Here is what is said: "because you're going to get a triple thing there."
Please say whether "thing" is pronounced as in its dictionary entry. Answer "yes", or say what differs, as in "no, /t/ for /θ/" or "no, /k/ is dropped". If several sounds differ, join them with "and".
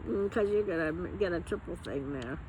yes